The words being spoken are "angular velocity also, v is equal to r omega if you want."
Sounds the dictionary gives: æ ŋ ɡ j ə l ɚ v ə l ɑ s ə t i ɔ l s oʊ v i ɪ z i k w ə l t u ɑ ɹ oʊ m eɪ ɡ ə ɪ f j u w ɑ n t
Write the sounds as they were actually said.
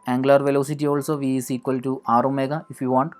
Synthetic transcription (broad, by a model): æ ŋ ɡ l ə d v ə l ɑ s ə t i ɔ l s oʊ v i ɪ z i k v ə l t u ɑ ɹ oʊ m eɪ ɡ ə ɪ f j u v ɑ n t